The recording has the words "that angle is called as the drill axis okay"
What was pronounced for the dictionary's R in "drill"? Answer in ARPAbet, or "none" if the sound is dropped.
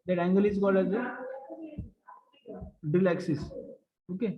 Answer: none